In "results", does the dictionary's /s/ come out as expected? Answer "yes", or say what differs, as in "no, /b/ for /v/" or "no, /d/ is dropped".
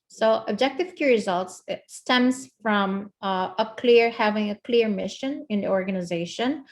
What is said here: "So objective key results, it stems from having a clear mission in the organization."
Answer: yes